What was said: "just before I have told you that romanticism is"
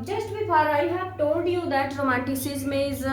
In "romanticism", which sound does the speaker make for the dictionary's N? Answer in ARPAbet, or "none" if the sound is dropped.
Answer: none